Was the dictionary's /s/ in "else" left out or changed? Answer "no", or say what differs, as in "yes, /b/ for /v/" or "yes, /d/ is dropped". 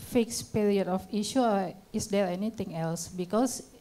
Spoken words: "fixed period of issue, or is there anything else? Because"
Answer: no